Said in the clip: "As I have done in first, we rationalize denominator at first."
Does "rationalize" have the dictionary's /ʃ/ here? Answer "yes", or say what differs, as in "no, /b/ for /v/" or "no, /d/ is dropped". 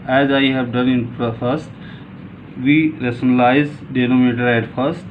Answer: no, /s/ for /ʃ/